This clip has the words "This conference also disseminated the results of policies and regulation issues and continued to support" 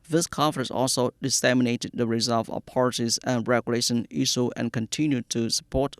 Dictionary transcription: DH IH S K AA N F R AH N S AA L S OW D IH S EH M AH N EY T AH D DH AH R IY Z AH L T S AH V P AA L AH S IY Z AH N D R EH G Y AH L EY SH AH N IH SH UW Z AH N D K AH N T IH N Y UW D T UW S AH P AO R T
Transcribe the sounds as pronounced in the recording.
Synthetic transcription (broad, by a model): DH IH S K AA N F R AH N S AA L S OW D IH S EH M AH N EY T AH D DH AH R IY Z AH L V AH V P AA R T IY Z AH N R EH G Y AH L EY SH AH N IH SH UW AH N K AH N T IH N Y UW D T UW S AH P AO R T